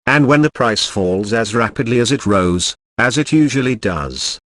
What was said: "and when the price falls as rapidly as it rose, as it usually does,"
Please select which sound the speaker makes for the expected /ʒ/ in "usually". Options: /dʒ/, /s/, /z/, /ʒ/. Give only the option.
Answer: /ʒ/